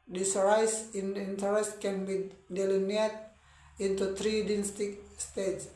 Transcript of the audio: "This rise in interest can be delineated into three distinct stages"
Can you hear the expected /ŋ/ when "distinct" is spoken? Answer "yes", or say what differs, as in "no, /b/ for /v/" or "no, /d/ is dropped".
no, /ŋ/ is dropped